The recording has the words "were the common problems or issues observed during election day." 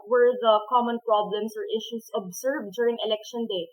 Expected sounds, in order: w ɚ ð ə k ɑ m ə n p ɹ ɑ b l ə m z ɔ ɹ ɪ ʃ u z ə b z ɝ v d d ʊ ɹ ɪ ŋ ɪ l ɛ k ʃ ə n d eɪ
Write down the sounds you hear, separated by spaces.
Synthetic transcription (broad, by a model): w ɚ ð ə k ɑ m ə n p ɹ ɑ b l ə m s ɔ ɹ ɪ ʃ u s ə b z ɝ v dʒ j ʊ ɹ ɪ ŋ ɪ l ɛ k ʃ ə n d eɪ